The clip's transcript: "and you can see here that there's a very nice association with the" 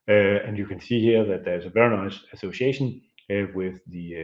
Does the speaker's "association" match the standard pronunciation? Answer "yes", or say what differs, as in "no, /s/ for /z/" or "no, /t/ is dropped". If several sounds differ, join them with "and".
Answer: yes